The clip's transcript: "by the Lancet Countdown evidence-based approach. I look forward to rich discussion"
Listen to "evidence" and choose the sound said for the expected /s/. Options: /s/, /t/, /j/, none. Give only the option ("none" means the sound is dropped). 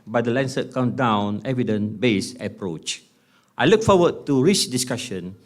none